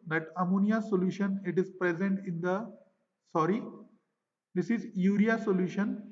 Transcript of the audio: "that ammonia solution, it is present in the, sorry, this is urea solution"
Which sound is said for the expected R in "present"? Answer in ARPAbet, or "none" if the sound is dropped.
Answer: R